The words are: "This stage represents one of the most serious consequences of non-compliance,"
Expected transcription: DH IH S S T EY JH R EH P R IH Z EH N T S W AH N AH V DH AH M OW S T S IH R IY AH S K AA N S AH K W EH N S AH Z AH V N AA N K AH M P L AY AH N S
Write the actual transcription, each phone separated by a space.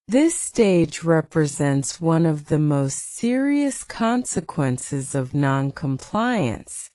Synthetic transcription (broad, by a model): DH IH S S T EY JH R EH P R IH Z EH N T S W AH N AH V DH AH M OW S T S IH R IY AH S K AA N S AH K W EH N S AH Z AH V N AA N K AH M P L AY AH N S